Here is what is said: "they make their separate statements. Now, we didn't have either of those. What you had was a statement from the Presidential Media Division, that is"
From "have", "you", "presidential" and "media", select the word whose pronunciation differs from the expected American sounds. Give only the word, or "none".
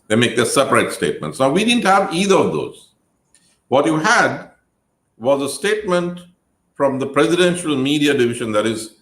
none